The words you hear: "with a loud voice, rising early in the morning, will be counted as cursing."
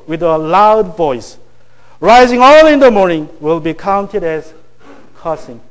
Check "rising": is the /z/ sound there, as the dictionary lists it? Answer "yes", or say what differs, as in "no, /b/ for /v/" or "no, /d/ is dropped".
yes